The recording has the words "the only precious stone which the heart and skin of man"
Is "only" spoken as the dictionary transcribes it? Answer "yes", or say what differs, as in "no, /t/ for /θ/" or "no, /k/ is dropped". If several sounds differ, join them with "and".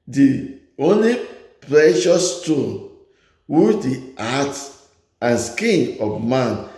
yes